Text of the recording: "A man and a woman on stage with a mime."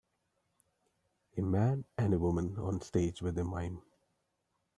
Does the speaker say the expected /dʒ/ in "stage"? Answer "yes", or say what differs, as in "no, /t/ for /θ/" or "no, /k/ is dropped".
yes